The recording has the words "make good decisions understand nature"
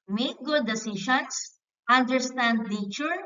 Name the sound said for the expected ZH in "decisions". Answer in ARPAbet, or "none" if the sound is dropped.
SH